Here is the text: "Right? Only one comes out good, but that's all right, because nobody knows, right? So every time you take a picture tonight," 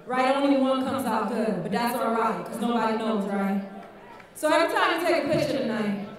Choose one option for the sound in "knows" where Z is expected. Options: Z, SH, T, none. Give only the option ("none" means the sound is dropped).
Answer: Z